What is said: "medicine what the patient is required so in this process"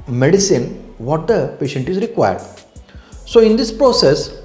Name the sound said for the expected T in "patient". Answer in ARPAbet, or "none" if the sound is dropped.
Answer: T